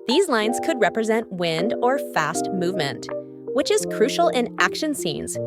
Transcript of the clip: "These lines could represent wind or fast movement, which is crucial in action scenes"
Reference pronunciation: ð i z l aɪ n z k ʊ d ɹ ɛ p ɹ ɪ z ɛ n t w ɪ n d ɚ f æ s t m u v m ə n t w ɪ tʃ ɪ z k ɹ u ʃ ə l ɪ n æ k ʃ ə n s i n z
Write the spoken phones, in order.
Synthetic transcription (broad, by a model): ð i z l aɪ n z k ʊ d ɹ ɛ p ɹ ɪ z ɛ n t w ɪ n d ɚ f æ s t m u v m ə n t w ɪ tʃ ɪ z k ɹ u ʃ l ɪ n æ k ʃ ə n s i n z